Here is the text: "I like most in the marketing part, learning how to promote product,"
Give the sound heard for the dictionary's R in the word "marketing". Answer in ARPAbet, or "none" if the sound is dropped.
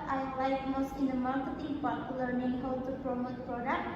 R